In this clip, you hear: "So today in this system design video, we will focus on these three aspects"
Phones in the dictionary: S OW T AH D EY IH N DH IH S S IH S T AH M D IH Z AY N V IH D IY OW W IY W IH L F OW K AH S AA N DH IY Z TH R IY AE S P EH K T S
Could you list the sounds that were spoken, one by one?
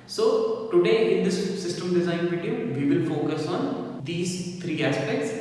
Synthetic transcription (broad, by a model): S OW T AH D EY IH N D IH S S IH S T AH M D IH Z AY N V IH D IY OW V IY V IH L F OW K AH S AA N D IY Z T R IY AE S P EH K T S